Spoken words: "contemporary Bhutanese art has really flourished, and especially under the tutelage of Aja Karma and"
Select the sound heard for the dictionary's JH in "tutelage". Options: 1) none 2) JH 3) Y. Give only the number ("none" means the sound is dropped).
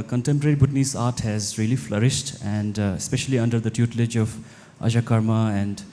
2